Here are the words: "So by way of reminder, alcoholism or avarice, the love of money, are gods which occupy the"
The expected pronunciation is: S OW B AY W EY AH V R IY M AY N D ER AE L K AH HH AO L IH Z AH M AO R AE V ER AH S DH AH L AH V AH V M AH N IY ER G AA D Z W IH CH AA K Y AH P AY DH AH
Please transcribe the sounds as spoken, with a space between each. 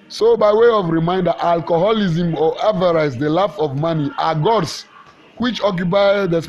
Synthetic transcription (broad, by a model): S OW B AY W EY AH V R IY M AY N D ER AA L K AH HH AO L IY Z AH M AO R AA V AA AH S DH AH L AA F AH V M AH N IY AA G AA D S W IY CH AA K Y AH P AY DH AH